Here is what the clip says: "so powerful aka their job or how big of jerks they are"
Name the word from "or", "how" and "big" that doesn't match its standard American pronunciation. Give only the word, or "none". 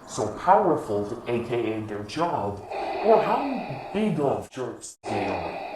or